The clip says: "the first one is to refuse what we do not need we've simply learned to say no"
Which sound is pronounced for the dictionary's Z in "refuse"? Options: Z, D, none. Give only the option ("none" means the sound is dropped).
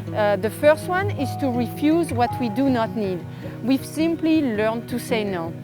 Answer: Z